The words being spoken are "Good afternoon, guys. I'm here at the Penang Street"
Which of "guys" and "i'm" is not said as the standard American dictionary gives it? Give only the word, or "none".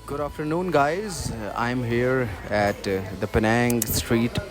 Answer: none